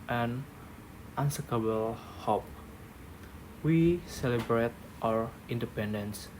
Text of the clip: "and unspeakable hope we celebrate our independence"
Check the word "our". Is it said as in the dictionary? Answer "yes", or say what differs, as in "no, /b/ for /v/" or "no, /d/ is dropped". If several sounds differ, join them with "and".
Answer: yes